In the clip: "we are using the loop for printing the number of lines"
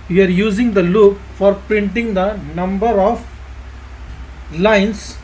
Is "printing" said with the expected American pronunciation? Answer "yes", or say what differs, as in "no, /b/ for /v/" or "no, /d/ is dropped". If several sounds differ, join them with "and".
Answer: yes